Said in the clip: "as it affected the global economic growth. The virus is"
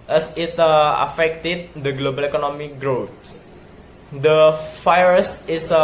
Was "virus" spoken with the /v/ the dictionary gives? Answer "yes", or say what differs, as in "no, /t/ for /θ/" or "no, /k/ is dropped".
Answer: no, /f/ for /v/